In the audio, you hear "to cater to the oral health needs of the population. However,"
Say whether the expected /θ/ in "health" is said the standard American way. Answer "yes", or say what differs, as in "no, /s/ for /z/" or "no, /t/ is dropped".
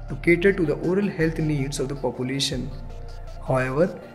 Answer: no, /t/ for /θ/